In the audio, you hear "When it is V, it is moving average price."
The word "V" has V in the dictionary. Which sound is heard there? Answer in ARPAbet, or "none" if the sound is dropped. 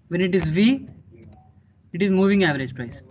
V